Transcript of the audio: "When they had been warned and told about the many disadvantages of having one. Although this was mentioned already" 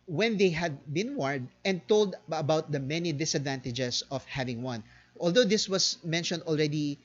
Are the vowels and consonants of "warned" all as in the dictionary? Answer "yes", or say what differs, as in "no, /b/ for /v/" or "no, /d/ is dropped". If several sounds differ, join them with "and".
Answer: no, /n/ is dropped